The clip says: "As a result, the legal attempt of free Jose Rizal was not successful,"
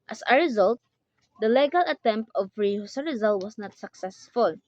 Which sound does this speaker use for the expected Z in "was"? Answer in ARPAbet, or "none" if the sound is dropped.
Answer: S